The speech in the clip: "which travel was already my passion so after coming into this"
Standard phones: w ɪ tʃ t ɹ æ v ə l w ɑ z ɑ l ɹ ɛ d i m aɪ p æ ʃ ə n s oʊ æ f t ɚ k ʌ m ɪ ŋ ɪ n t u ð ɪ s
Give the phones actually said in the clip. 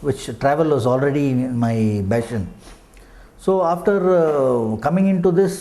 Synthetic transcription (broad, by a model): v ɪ tʃ t ɹ æ v ə l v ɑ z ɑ l ɹ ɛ d i m aɪ b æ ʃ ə n s oʊ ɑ f t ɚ k ʌ m ɪ ŋ ɪ n t u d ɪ s